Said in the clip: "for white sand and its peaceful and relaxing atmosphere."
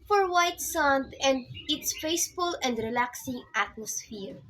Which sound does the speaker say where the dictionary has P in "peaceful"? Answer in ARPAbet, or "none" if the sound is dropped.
F